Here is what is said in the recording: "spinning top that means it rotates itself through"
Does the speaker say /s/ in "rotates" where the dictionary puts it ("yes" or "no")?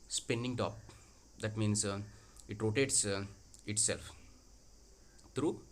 yes